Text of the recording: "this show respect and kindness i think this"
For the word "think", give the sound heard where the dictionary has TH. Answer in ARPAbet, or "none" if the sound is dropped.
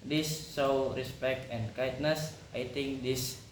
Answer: T